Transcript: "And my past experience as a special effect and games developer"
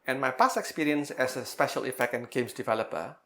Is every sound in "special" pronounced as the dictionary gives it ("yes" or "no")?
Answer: yes